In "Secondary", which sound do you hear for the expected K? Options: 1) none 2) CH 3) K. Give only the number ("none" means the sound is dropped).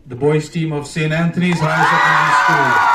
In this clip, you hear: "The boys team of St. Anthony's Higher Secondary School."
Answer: 1